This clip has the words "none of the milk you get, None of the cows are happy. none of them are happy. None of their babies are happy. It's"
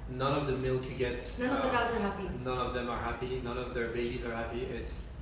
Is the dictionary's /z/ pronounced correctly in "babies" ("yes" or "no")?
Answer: yes